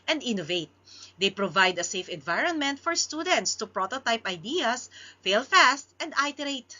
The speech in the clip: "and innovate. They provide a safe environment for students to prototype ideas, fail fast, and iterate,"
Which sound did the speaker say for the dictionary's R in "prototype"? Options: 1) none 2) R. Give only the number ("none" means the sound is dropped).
2